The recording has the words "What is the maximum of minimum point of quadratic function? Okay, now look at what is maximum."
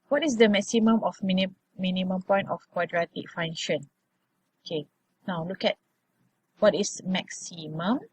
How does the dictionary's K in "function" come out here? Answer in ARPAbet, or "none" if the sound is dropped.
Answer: none